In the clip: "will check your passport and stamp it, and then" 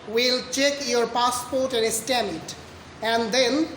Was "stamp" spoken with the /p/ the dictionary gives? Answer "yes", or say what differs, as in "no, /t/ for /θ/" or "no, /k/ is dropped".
no, /p/ is dropped